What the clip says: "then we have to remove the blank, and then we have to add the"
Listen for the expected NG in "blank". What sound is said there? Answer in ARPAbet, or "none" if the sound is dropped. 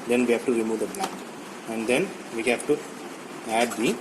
none